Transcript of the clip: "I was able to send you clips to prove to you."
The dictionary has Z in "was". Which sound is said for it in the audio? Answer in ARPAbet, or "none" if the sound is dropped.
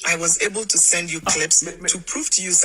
Z